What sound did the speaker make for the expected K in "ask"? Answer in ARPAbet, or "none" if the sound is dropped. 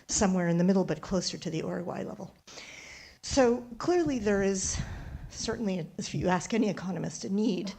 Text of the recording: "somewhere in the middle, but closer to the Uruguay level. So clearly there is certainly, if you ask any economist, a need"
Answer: K